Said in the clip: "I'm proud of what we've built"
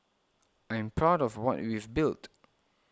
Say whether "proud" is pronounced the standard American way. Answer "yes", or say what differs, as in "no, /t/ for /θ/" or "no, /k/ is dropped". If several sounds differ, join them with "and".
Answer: yes